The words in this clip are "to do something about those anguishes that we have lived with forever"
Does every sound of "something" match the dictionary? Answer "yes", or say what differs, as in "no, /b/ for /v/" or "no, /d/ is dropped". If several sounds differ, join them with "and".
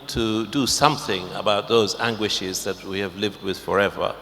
yes